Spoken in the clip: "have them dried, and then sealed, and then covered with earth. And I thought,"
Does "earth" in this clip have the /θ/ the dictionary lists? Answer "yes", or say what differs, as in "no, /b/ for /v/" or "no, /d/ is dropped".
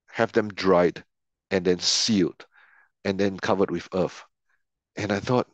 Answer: no, /f/ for /θ/